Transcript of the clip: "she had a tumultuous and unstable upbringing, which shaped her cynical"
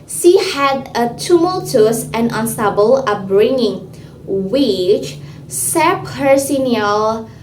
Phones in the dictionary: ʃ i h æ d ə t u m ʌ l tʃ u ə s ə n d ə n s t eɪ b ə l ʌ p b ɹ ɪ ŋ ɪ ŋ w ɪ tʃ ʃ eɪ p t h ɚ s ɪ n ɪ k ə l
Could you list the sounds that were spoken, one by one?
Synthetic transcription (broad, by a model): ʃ i h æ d ə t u m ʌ l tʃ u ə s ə n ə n s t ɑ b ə l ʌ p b ɹ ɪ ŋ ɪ ŋ w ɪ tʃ s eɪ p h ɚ s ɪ n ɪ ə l